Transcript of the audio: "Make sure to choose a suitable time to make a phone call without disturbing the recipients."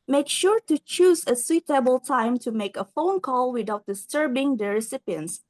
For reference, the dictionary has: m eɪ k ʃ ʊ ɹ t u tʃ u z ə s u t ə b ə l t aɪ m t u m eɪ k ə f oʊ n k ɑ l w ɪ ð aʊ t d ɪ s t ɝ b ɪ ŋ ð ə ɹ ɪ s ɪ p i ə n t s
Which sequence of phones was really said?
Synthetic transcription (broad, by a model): m eɪ k ʃ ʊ ɹ t u tʃ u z ə s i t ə b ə l t aɪ m t u m eɪ k ə f oʊ n k ɑ l w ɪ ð aʊ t d ɪ s t ɝ b ɪ ŋ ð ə ɹ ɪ s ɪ p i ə n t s